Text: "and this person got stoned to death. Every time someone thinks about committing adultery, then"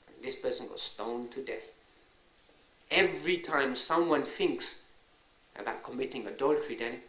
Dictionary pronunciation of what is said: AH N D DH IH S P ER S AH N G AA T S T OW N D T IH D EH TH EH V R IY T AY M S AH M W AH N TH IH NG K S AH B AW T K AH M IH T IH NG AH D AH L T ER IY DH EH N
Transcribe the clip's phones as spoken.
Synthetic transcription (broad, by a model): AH N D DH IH S P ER S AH N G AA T S T OW N T IH D EH TH EH V R IY T AY M S AH M W AH N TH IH NG K S AH B AW T K AH M IH T IH NG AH D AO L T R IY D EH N